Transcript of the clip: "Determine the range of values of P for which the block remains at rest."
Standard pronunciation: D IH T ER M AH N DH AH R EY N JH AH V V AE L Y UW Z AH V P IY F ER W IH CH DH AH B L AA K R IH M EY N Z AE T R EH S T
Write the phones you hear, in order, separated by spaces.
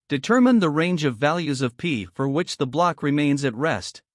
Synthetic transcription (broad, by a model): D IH T ER M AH N DH AH R EY N JH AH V V AE L Y UW Z AH V P IY F ER W IH CH DH AH B L AA K R IH M EY N Z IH T R EH S T